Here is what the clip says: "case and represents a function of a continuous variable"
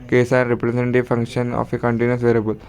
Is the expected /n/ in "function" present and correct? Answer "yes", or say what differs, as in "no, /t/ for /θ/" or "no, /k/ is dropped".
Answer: yes